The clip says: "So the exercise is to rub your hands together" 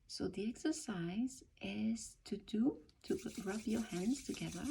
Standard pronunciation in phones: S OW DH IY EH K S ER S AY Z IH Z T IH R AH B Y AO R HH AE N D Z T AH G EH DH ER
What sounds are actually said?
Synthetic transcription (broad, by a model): S OW DH IY EH K S ER S AY Z IH Z T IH R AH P Y AO R HH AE N D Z T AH G EH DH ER